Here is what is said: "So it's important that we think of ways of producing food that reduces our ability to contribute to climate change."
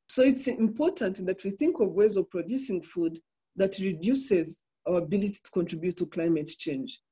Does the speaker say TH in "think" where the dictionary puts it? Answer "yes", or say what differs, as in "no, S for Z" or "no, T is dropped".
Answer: yes